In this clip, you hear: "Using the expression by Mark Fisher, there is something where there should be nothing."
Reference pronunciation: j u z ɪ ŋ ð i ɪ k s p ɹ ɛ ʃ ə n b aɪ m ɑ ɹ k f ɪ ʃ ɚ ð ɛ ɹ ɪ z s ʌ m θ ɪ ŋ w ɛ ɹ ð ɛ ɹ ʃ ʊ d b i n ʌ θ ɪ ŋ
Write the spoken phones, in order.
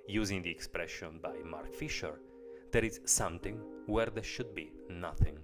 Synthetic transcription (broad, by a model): j u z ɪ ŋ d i ɪ k s p ɹ ɛ ʃ ə n b aɪ m ɑ ɹ k f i ʃ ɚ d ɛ ɹ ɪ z s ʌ m t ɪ ŋ w ɛ ɹ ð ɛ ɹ ʃ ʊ d b i n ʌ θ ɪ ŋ